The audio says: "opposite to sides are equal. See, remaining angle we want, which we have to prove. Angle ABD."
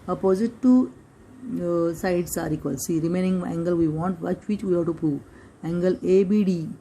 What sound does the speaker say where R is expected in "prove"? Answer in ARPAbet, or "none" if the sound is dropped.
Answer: none